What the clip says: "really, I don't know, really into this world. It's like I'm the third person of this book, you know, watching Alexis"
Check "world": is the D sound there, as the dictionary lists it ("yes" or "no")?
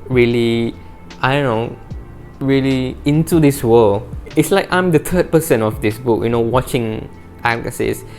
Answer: no